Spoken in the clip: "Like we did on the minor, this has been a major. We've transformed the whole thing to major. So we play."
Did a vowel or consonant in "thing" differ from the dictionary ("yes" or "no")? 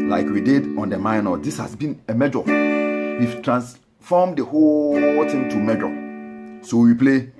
yes